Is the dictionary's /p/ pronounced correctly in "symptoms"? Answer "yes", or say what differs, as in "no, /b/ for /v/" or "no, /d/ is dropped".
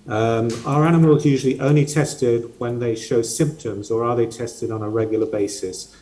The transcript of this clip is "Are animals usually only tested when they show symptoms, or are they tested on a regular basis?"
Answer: yes